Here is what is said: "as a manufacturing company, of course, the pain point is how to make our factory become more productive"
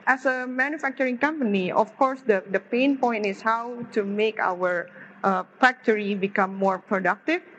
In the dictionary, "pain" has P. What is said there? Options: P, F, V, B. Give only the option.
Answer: P